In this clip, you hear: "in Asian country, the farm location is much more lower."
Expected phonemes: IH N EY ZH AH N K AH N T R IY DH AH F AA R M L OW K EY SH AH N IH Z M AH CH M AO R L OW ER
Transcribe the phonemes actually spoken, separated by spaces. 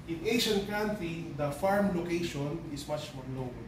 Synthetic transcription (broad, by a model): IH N EY SH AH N K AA N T IY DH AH F AA R M L OW K EY SH AH N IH S M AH CH M AO R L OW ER